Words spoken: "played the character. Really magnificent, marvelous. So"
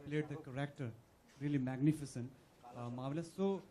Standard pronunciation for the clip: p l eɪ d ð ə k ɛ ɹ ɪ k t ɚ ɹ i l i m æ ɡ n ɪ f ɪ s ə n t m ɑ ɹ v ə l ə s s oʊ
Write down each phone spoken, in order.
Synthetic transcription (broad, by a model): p l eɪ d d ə k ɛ ɹ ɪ k t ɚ ɹ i l i m æ ɡ n ɪ f ɪ s ə n t m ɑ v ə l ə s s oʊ